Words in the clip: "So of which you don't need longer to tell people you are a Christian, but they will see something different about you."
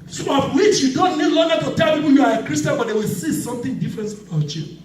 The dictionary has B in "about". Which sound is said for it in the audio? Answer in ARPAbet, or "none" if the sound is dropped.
none